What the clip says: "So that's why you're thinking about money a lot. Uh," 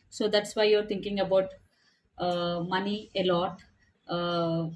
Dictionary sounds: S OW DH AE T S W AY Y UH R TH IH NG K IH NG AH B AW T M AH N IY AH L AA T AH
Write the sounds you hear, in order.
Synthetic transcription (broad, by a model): S OW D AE T S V AY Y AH R T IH NG K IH NG AH B AW T M AH N IY AH L AA T